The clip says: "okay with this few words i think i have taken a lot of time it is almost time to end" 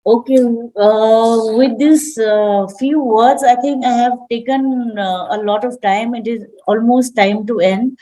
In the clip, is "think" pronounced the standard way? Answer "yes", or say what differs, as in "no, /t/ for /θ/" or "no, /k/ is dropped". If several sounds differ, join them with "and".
no, /t/ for /θ/